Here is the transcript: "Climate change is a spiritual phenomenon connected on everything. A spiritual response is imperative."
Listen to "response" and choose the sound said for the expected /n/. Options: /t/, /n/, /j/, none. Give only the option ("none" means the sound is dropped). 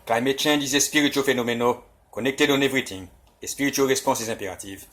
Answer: none